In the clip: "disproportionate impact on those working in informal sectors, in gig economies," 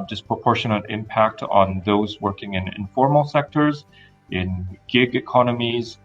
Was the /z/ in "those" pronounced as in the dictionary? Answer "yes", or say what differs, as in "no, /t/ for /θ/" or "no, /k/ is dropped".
yes